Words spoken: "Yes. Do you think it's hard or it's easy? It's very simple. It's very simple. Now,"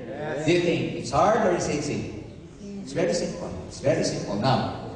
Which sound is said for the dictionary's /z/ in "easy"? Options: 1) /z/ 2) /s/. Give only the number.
2